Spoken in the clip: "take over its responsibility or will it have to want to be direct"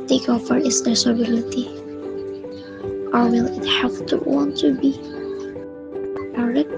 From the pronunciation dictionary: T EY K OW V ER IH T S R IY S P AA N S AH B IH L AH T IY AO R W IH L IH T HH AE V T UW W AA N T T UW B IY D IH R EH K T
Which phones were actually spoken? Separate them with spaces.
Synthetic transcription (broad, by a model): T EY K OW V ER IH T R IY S AA S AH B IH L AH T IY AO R W IH L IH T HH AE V T UW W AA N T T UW B IY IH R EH